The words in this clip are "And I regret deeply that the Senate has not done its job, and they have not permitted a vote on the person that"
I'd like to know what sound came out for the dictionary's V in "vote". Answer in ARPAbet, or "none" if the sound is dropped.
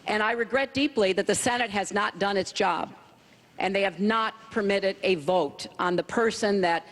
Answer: V